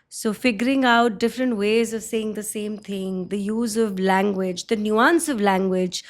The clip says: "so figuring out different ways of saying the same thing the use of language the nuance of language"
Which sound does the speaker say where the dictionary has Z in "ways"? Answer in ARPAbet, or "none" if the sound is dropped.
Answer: Z